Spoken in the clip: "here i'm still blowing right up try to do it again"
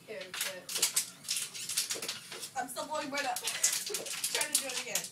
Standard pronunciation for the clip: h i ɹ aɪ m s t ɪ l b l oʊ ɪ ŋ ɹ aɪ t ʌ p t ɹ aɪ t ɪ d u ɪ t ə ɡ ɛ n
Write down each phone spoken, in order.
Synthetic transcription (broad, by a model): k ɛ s aɪ m s t ɪ l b oʊ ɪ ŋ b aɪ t ʌ p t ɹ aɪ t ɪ d u ɪ t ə ɡ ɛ n